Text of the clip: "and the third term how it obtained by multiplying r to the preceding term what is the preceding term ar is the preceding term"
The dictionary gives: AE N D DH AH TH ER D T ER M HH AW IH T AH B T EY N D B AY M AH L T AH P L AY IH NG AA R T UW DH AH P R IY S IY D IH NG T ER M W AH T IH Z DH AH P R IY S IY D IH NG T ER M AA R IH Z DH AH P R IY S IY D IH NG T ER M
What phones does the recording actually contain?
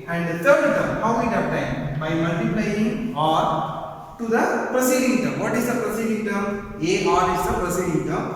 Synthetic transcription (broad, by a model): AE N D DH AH T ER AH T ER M HH AW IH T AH T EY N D B AY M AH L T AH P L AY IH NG AA R T UW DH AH P R IY S IY D IH NG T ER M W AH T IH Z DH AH P R IY S IY D IH NG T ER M AA R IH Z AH P R IY S IY D IH NG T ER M